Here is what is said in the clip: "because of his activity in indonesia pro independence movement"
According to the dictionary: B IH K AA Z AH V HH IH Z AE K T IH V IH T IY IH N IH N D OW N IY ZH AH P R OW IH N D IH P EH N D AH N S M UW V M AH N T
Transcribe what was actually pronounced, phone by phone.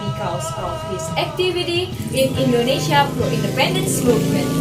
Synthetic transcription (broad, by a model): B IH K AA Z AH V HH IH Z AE K T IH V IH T IY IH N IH N D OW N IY SH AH F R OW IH N D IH P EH N D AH N S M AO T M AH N